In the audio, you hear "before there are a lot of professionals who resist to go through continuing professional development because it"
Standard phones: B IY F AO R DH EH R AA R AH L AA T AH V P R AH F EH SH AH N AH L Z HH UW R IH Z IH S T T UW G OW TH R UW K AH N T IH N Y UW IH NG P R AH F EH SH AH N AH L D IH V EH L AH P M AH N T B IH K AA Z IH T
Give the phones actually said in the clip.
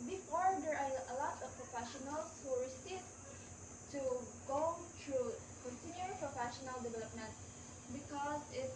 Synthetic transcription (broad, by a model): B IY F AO R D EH R AA R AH L AA T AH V P R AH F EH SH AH N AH L S HH UW R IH S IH T T UW G OW T R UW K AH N S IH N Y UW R P R AH F EH SH AH N AH L D IH V EH L AH P M AH N T B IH K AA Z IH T